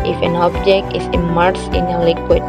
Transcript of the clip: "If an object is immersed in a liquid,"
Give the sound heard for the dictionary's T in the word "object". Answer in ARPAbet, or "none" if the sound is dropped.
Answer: T